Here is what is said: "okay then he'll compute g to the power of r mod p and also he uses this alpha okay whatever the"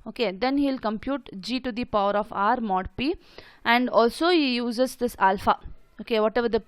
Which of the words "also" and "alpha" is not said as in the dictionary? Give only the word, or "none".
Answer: none